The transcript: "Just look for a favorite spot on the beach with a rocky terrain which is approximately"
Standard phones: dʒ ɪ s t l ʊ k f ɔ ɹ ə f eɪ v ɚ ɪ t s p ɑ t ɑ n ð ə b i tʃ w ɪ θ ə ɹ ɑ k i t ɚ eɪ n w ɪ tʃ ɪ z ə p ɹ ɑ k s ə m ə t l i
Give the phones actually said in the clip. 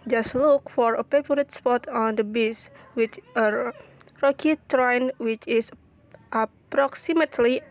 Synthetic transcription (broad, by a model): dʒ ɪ s t l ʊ k f ɔ ɹ ə p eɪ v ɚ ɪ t s p ɑ t ɑ n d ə b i s w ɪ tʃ ə ɹ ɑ k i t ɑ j n w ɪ tʃ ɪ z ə p ɹ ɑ k s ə m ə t l i